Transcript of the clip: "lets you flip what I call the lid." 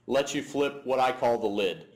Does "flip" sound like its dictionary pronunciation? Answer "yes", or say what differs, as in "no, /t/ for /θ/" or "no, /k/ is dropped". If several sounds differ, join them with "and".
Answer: yes